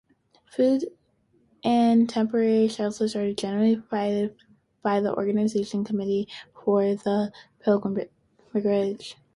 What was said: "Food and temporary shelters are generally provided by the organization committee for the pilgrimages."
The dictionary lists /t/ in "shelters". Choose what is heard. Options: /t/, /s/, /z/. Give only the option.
/s/